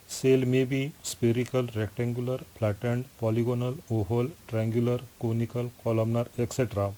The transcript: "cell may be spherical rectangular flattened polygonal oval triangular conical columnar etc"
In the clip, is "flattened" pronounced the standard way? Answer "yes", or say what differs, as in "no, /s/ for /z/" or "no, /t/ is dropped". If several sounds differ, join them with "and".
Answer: no, /p/ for /f/